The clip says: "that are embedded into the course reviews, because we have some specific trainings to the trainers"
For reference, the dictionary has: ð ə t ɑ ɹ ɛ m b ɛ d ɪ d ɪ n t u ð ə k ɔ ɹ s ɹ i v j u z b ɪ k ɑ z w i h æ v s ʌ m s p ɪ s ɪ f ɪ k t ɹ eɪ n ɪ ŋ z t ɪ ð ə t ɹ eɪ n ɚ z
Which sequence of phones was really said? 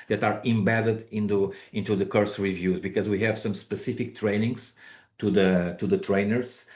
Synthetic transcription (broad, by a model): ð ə t ɑ ɹ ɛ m b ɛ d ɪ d ɪ n t u ð ə k ɔ ɹ s ɹ i v j u z b ɪ k ɑ z w i h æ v s ʌ m s p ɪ s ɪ f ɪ k t ɹ eɪ n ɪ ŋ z t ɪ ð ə t ɹ eɪ n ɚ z